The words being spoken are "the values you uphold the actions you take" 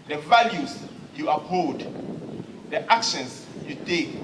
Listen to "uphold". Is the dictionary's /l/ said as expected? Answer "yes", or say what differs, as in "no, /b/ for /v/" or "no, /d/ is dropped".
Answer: no, /l/ is dropped